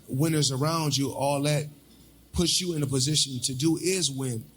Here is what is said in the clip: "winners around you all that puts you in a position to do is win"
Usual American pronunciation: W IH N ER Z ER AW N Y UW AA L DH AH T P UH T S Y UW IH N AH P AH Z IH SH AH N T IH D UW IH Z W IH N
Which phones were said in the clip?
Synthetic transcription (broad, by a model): W IH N ER Z ER AW N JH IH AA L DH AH T P UH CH Y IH IH N AH P AH Z IH SH AH N T IH D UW IH Z W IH N